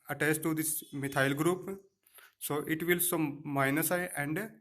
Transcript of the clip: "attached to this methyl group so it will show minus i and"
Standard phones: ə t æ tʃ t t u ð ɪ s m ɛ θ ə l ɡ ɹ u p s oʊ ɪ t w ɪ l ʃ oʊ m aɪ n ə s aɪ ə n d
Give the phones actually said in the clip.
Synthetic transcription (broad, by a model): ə t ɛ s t t u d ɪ s m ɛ t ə l ɡ ɹ u p s oʊ ɪ t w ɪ l s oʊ m aɪ n ə s aɪ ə n d